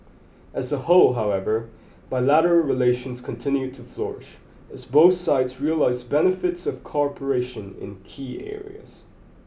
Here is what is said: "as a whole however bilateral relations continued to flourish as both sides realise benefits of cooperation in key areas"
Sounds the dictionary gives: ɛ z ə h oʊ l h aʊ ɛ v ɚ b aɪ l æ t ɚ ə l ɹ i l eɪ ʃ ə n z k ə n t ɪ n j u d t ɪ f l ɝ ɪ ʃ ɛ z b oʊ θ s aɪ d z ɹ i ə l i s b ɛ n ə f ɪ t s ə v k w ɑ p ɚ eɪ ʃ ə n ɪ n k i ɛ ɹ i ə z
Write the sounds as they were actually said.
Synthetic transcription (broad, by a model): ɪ z ə h oʊ l h aʊ ɛ v ɚ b aɪ l æ t ɚ l ɹ i l eɪ ʃ ə n z k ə n t ɪ n j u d t ɪ f l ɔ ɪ ʃ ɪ z b oʊ θ s aɪ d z ɹ i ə l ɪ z b ɛ n ə f ɪ t s ə v k ɑ p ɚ eɪ ʃ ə n ɪ n k i ɛ ɹ i ə z